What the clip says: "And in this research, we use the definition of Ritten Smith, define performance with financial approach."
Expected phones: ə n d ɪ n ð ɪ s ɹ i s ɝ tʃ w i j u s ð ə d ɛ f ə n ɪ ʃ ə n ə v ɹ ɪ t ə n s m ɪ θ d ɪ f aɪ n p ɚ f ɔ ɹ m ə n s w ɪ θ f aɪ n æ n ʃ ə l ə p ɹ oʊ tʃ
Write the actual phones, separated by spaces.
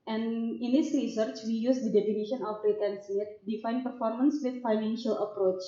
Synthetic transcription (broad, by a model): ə n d ɪ n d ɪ s ɹ i s ɝ tʃ w i j u s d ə d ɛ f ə n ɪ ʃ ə n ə f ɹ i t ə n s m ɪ t d ɪ f aɪ n p ɚ f ɔ ɹ m ə n s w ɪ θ f aɪ n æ n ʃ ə l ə p ɹ oʊ tʃ